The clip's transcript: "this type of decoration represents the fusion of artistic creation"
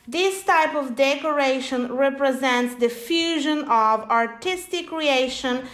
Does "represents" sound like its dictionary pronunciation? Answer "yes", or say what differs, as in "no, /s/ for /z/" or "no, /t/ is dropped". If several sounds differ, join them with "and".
yes